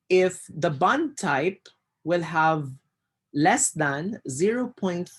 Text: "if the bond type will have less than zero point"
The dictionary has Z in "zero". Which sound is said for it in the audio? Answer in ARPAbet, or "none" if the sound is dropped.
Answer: Z